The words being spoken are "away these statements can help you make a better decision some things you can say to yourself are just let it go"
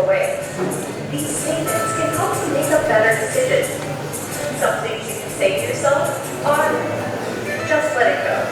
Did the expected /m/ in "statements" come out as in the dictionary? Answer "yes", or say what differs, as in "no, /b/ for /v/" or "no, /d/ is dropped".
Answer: no, /m/ is dropped